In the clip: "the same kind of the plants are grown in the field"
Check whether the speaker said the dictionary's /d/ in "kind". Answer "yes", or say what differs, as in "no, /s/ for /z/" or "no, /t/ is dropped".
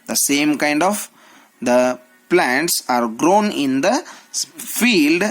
yes